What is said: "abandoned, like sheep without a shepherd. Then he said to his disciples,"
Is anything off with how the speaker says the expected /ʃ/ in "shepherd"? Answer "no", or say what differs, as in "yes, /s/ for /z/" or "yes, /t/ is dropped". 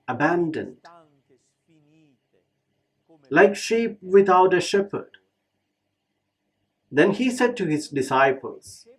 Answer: no